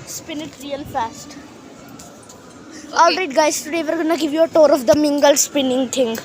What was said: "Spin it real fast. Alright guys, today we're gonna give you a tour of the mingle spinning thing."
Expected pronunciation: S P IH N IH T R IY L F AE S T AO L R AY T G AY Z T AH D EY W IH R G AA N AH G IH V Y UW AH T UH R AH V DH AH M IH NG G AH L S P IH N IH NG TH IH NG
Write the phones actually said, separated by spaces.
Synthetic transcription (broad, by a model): S P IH N IH T R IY L F AE S T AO L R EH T G AY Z T AH D EY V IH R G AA N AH G IH V Y UW AH T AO R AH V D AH M IH NG G AH L S P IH N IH NG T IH NG